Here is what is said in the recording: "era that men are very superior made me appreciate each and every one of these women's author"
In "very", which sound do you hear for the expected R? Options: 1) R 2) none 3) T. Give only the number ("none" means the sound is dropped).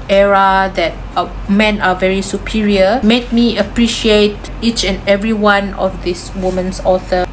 1